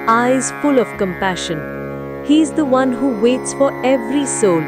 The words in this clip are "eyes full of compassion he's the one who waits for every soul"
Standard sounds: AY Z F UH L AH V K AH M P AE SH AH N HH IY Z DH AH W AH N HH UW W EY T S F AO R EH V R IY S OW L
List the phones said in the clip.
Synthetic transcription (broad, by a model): AY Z F UH L AH V K AH M P AE SH AH N HH IY Z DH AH W AH N HH UW W EY T S F AO R EH V R IY S OW L